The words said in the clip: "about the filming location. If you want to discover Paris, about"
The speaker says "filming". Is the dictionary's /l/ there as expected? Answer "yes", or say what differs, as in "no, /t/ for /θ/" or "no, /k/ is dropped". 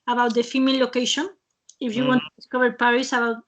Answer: no, /l/ is dropped